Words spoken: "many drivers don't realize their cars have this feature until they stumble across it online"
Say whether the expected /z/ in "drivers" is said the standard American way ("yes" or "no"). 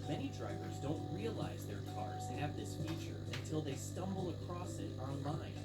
yes